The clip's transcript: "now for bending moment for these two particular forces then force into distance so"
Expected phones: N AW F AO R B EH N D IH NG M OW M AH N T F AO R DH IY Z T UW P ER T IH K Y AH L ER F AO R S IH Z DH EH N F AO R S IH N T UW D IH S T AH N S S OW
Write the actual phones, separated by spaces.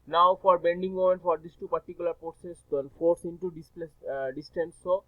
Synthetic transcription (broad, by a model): N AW F AO R B EH N D IH NG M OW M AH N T F AO R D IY S T UW P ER T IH K Y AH L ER P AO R S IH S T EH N F AO R S IH N T UW D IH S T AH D S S OW